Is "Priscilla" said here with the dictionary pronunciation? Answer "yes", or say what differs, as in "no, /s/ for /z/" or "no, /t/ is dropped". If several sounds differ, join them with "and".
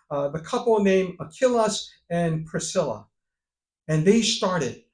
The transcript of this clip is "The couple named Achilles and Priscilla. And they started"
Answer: yes